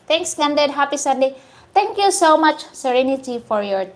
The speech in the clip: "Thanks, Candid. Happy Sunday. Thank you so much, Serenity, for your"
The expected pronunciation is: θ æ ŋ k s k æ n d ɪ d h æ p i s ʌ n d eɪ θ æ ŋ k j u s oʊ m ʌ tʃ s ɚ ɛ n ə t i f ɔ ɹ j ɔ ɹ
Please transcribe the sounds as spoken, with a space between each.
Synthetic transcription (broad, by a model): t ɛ ŋ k s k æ n d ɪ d h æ p i s ʌ n d eɪ t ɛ ŋ k j u s oʊ m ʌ tʃ s ɚ ɛ n ə t i f ɔ ɹ j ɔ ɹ